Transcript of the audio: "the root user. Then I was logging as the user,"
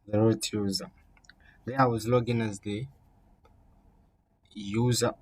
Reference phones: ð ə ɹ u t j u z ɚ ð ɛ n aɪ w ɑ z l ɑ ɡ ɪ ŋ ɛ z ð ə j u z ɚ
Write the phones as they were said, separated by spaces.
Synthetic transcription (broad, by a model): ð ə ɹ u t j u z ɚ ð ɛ aɪ w ɑ z l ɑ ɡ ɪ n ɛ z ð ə j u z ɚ